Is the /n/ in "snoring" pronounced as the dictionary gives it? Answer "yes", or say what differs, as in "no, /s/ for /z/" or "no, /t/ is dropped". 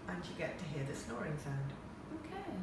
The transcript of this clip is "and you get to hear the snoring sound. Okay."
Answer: yes